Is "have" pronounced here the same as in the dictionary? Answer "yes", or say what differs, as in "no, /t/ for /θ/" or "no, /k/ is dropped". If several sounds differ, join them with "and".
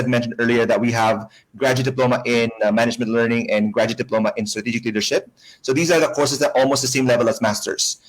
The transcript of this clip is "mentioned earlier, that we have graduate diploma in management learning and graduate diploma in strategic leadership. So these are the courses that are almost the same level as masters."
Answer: yes